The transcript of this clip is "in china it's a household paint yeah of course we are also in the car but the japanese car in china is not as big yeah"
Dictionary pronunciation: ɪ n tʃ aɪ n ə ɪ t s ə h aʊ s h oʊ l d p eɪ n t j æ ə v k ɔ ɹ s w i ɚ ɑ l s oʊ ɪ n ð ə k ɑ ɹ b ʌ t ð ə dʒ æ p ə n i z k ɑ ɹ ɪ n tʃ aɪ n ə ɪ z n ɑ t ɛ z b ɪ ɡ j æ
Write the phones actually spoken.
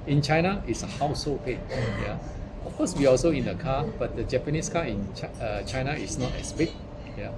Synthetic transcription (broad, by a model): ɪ n tʃ aɪ n ə ɪ t s ə h aʊ s h oʊ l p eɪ t j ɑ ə f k ɔ s w i ɑ l s oʊ ɪ n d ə k ɑ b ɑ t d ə dʒ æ p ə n i s k ɑ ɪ n tʃ aɪ n ə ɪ s n ɑ t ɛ s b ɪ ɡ j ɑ